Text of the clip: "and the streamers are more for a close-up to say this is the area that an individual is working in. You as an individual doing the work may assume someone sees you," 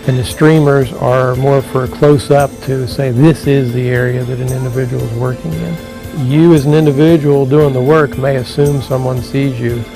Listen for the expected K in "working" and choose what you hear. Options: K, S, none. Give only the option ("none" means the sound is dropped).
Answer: K